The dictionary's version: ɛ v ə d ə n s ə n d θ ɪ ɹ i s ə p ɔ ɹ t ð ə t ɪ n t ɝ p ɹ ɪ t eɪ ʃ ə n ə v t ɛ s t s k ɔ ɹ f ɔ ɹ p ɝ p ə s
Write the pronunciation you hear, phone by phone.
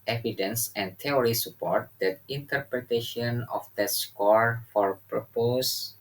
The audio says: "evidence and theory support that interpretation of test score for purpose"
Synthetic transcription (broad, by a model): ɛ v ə d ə n s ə n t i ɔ ɹ i s ə p ɔ ɹ t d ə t ɪ n t ɝ p ɹ ɪ t eɪ ʃ ə n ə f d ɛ t s k ɔ ɹ f ɔ ɹ p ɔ p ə s